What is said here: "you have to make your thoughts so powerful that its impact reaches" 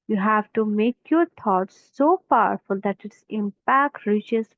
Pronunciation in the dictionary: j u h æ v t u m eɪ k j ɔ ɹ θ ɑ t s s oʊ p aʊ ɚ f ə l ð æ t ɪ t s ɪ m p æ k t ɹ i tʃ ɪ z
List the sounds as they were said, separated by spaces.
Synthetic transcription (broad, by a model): j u h æ v t u m eɪ k j ɔ ɹ t ɑ t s s oʊ p aʊ ɚ f ə l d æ t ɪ t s ɪ m p æ k t ɹ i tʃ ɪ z